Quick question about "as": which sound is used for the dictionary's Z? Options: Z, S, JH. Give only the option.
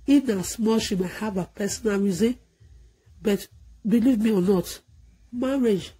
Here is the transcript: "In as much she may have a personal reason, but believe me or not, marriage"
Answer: S